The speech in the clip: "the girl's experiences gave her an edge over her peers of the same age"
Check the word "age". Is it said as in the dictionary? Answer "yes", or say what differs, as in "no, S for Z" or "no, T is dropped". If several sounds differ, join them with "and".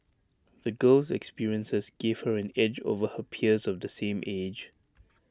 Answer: yes